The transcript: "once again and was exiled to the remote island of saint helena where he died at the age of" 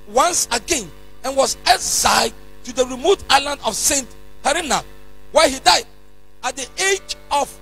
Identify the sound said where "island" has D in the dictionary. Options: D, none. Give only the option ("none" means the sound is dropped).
D